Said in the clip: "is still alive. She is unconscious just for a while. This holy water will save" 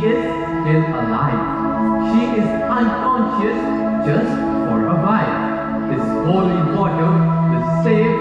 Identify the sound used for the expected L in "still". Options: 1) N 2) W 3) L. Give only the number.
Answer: 1